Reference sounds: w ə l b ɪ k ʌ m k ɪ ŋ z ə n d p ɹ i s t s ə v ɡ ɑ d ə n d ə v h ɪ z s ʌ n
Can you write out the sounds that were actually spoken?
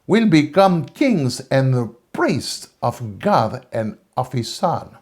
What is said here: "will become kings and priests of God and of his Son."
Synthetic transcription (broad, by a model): w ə l b ɪ k ʌ m k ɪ ŋ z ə n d p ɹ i s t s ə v ɡ ɑ d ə n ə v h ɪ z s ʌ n